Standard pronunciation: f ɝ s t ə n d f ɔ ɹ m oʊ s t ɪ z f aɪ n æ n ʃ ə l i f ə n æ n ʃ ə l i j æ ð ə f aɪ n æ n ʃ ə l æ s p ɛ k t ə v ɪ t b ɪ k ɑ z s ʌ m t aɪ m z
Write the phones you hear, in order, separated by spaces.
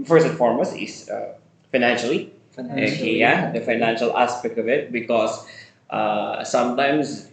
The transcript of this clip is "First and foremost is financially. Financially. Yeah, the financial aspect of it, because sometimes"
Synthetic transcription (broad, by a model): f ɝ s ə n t f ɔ ɹ m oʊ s ɪ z f aɪ n æ n ʃ ə l i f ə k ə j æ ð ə f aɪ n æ n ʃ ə l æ s p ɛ k t ə v ɪ t b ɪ k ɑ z s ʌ m t aɪ m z